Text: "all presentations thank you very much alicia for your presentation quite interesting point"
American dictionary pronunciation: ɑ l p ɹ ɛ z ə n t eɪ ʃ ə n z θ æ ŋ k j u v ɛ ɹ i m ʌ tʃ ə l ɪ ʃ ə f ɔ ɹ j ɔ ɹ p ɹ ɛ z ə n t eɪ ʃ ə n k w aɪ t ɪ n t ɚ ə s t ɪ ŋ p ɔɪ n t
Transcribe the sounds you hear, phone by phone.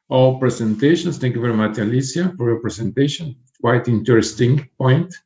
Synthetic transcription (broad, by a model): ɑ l p ɹ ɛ s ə n t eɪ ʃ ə n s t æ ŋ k j u v ɛ ɹ i m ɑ tʃ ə l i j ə f ɔ ɹ j ɔ ɹ p ɹ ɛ s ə n t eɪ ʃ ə n k w aɪ t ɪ n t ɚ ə s t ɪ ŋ p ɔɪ n t